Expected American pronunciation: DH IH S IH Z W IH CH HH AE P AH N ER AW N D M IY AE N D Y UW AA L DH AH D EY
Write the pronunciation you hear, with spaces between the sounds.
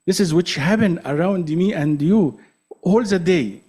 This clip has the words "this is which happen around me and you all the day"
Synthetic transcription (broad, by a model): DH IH S IH Z W IH CH HH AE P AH N ER AW N D M IY AE N D Y UW AA L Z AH D EY